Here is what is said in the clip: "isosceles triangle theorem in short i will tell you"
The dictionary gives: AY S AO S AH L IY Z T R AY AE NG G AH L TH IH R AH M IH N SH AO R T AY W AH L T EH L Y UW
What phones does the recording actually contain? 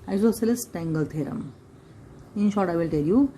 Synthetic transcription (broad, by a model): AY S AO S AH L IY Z T AY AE NG G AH L T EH R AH M IH N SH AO R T AY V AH L T EH L Y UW